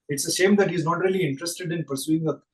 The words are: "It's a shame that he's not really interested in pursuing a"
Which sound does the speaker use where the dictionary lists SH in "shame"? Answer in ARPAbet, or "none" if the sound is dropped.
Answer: S